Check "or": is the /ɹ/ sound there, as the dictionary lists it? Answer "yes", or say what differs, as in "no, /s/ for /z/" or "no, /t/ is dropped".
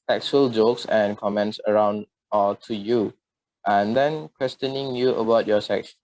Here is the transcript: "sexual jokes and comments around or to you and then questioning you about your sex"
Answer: no, /l/ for /ɹ/